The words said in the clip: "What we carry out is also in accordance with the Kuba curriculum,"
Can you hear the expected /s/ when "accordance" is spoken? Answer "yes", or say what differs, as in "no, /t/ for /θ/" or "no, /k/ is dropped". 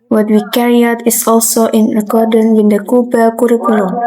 no, /s/ is dropped